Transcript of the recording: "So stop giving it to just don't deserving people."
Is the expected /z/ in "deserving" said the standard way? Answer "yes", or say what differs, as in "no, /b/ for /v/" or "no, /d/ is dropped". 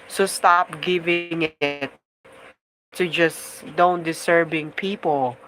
no, /s/ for /z/